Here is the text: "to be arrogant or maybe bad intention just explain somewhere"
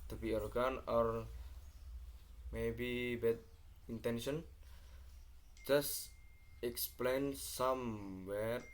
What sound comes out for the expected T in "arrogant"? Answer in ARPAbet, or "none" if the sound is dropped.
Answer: none